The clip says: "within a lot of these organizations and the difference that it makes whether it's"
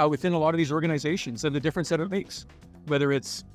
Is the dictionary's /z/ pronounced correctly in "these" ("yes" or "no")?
yes